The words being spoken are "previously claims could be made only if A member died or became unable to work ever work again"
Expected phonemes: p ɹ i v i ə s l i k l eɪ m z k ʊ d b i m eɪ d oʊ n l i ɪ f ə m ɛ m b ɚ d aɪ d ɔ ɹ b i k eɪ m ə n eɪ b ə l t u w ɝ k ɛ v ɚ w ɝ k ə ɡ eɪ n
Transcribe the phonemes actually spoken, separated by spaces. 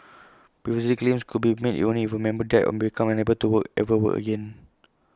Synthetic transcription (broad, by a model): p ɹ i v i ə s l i k l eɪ m s k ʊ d b i m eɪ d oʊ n i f ə m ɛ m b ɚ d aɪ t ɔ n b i k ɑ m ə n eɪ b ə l t u w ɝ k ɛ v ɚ w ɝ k ə ɡ eɪ n